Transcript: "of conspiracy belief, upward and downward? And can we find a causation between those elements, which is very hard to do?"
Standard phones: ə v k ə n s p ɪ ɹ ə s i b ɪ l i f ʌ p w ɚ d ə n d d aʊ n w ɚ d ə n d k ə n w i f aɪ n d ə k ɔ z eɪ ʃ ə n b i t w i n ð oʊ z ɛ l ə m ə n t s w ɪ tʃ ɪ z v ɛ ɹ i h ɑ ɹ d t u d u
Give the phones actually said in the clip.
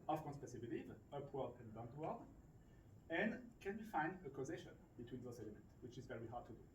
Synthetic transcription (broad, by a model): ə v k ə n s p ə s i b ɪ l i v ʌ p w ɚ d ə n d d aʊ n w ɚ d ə n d k ə n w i f aɪ n d ə k ɔ z eɪ ʃ ə n b i t w i n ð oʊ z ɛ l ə m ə n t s w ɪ tʃ ɪ z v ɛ w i h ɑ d t u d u